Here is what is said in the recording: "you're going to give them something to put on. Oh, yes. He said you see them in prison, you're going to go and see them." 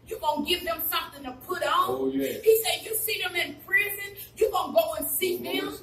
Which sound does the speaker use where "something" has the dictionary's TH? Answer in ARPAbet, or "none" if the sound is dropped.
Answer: TH